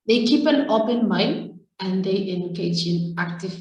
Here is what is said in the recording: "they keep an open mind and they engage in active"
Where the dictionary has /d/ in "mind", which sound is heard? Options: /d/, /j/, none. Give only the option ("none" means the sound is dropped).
none